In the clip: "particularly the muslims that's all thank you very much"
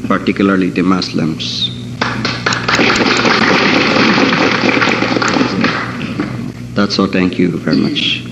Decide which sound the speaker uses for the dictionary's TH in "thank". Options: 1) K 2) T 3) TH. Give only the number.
2